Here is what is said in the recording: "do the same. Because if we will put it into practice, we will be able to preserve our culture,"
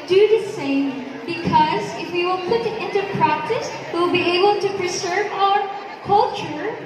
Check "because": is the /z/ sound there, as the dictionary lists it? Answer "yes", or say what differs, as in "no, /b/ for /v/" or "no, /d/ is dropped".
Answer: yes